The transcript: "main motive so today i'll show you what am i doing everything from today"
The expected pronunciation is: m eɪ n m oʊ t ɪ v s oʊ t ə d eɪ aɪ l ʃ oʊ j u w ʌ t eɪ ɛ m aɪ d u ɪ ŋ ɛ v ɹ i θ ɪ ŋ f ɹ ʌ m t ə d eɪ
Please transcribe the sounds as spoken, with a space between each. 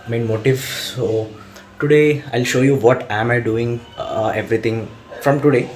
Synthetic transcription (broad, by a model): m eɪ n m oʊ t ɪ v s oʊ t ə d eɪ aɪ l ʃ oʊ j u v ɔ t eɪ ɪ m aɪ d u ɪ ŋ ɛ v ɹ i t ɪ ŋ f ɹ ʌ m t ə d eɪ